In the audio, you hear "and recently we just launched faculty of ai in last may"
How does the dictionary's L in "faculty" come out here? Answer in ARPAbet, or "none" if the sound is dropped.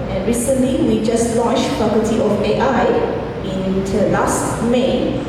none